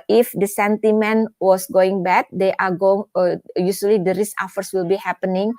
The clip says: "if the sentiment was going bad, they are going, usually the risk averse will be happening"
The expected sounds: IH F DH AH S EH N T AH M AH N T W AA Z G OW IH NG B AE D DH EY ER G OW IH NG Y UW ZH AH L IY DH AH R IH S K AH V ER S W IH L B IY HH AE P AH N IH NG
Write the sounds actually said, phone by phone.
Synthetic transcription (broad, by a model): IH F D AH S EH N T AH M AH N W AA S G OW IH NG B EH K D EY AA G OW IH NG Y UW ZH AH L IY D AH R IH S AH F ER S W IH L B IY HH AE P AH N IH NG